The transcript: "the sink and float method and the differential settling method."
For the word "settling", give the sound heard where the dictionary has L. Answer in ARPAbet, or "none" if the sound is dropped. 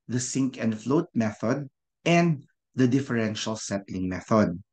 L